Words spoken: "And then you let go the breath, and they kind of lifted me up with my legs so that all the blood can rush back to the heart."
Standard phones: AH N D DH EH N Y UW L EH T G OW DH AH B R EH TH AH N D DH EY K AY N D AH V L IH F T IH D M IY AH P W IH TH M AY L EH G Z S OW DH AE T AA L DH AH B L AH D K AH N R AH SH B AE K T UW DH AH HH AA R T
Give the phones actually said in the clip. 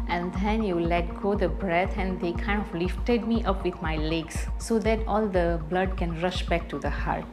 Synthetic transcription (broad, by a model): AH N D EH N Y UW L EH T G OW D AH B R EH T AH N D EY K AY N D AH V L IH F T IH D M IY AH P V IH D M AY L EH G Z S OW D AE T AA L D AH B L AH D K AH N R AH SH B AE K T UW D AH HH AA R T